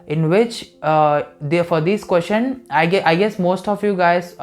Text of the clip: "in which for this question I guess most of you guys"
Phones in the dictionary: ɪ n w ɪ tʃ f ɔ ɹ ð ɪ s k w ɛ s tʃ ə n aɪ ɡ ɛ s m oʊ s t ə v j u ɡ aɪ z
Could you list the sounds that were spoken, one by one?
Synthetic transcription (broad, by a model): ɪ n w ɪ tʃ f ɔ ɹ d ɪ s k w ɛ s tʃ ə n aɪ ɡ ɛ s m oʊ s t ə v j u ɡ aɪ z